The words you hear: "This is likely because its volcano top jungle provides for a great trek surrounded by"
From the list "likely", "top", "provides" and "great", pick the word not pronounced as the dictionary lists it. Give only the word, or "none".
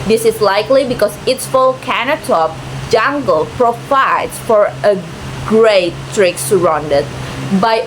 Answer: provides